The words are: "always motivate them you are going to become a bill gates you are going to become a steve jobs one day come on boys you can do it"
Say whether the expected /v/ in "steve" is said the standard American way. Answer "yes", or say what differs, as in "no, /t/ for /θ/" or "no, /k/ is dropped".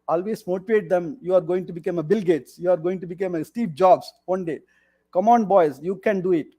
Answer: no, /p/ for /v/